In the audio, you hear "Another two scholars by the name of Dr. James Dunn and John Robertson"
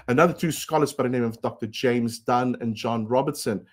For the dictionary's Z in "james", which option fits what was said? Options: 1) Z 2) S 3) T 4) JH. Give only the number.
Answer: 1